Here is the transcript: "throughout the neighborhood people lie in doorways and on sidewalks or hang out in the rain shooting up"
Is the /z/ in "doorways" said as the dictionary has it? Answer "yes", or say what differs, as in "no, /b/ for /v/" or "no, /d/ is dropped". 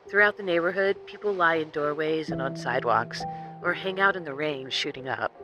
yes